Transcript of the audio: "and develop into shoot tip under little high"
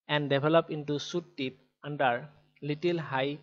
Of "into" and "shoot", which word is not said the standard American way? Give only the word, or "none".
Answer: shoot